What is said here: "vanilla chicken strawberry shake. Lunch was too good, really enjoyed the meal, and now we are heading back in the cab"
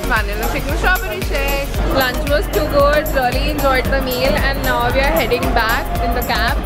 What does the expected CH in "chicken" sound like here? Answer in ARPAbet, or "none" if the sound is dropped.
S